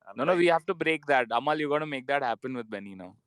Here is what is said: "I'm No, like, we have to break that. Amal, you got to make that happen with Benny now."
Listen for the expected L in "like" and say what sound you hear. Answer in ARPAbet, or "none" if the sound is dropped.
N